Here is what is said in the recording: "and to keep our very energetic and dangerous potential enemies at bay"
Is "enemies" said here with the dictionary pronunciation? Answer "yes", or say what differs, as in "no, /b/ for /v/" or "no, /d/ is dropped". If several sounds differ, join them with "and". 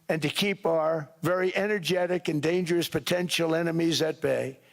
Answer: yes